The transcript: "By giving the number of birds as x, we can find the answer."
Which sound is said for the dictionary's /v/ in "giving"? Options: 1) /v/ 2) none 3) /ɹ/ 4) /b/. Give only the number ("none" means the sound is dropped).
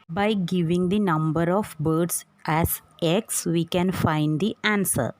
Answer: 1